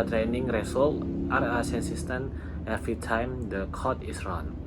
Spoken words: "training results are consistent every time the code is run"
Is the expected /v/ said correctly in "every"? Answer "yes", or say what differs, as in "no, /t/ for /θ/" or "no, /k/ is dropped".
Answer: no, /f/ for /v/